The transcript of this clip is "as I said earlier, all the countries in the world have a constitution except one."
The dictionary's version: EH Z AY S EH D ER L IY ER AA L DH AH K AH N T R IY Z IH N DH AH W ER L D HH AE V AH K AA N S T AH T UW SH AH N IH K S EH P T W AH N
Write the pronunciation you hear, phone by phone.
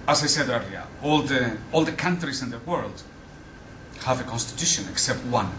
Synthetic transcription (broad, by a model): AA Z AY S EH D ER L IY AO AA L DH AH K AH N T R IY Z IH N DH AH W ER L D HH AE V AH K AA N S T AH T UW SH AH N IH K S EH P T W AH N